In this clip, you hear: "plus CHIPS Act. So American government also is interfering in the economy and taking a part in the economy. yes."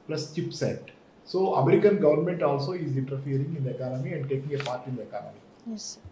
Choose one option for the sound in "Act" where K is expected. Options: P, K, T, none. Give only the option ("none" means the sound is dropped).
none